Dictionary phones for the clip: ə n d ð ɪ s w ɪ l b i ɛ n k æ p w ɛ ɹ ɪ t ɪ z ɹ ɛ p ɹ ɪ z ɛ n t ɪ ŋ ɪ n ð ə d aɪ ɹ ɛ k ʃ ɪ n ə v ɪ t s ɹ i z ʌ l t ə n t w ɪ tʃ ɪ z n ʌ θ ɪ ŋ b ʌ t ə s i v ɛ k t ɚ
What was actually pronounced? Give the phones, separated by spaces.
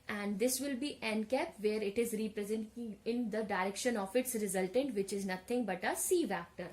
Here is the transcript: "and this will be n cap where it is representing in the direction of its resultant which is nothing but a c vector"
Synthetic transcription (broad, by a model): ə n d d ɪ s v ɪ l b i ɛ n k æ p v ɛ ɹ ɪ t ɪ z ɹ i p ɹ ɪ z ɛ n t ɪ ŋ ɪ n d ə d aɪ ɹ ɛ k ʃ ɪ n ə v ɪ t s ɹ i z ʌ l t ə n t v ɪ tʃ ɪ z n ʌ t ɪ ŋ b ʌ t ə s i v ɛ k t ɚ